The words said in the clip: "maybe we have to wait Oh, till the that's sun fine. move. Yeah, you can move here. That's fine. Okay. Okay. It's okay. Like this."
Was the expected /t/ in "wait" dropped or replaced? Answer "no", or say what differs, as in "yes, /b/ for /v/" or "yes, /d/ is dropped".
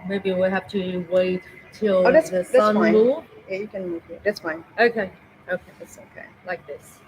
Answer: yes, /t/ is dropped